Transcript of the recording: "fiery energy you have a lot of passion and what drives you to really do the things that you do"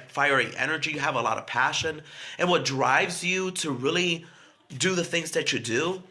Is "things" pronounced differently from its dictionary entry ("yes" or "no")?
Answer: no